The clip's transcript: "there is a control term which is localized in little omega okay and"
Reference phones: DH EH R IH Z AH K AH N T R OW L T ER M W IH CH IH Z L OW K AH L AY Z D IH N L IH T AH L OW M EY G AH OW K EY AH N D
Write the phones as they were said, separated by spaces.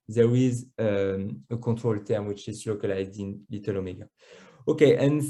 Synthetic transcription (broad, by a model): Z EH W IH Z AH K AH T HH OW L T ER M W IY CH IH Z L OW K AH L AY Z D IH N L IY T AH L OW M EY G AH OW K EY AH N